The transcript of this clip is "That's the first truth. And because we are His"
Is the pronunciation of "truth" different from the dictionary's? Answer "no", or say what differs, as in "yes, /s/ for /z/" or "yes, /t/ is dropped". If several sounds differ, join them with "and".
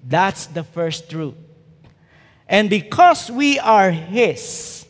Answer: yes, /t/ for /θ/